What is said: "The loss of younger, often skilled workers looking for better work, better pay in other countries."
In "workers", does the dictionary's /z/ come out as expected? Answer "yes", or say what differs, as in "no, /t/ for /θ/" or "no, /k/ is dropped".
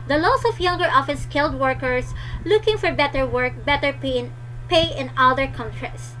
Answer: no, /s/ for /z/